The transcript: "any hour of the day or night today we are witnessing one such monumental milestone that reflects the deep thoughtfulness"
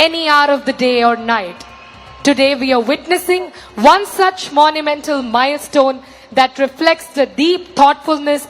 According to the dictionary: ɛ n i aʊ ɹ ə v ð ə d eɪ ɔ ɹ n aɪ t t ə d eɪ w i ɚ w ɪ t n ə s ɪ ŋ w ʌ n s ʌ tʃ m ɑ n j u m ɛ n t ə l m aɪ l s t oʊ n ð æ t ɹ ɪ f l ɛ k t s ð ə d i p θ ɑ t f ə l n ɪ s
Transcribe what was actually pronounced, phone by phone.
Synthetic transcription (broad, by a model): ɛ n i aʊ ɹ ə v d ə d eɪ ɔ ɹ n aɪ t t ə d eɪ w i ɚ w ɪ t n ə s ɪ ŋ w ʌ n s ʌ tʃ m ɑ n j u m ɛ n t ə l m aɪ l s t oʊ n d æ t ɹ ɪ f l ɛ k t s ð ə d i p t ɑ t f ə l n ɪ s